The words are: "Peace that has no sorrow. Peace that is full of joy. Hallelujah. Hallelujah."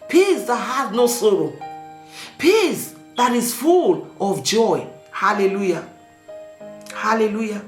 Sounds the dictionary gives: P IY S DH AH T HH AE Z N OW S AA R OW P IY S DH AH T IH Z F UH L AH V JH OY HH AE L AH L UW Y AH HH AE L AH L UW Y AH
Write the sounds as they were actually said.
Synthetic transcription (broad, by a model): P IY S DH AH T HH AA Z N OW S AA R OW P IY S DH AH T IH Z F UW L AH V JH OY HH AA L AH L UW Y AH HH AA L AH L UW Y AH